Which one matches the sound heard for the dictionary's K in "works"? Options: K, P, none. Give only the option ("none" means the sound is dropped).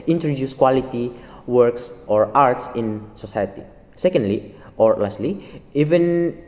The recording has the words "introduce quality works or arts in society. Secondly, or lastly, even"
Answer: K